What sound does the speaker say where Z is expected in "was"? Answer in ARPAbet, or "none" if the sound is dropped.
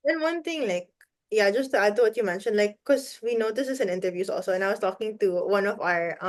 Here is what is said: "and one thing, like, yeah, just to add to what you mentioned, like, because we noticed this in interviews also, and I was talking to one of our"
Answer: S